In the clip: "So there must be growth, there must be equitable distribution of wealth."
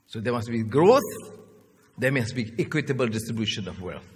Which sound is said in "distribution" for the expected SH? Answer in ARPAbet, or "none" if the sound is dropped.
SH